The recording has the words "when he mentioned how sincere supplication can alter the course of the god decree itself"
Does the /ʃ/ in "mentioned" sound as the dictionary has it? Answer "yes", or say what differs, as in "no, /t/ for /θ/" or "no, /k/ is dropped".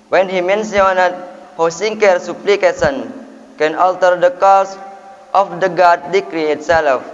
no, /s/ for /ʃ/